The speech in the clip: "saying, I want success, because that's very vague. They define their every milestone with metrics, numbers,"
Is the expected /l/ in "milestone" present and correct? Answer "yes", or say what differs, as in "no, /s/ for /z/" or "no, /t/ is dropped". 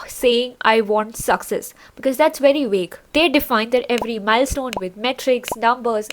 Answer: yes